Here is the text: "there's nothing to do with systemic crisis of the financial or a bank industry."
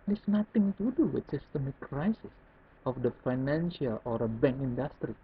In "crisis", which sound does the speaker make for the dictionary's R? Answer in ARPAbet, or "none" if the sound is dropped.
R